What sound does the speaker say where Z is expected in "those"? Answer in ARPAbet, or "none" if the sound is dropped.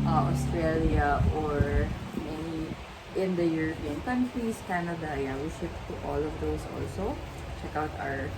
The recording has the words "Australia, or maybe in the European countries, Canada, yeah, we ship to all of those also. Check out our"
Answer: S